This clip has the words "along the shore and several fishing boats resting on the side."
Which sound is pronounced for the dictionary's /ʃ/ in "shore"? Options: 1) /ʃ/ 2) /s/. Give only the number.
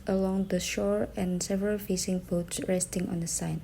1